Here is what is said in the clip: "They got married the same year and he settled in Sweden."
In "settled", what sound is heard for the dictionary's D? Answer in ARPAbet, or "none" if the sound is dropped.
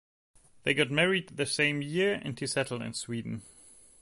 none